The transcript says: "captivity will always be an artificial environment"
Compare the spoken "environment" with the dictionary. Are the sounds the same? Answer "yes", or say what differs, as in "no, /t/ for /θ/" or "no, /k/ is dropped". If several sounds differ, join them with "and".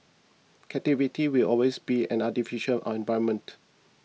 no, /ɹ/ is dropped